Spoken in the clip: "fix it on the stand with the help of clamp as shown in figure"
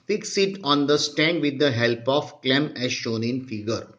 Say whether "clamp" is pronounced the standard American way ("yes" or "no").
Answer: no